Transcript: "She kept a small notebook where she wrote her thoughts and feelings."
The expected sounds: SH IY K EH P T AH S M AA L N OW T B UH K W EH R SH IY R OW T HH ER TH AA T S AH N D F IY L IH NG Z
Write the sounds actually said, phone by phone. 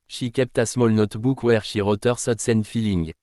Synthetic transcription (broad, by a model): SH IY K EH P T AH S M AA L N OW T B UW K W EH R SH IY R OW T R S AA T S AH N F IY L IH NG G